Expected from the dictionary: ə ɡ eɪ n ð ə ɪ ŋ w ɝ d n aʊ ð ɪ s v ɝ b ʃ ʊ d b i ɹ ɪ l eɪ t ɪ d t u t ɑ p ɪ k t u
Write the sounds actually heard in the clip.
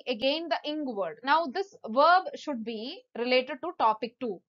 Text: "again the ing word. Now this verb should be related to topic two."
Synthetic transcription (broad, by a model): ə ɡ eɪ n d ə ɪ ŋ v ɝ d n aʊ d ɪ s v ɝ b ʃ ʊ d b i ɹ ɪ l eɪ t ɪ d t u t ɑ p ɪ k t u